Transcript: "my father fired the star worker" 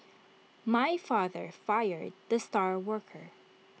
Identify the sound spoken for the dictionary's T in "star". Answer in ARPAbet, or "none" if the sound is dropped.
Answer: T